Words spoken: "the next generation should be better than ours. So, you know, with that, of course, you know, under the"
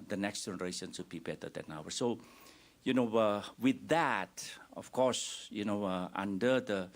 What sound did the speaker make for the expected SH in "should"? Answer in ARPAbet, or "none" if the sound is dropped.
S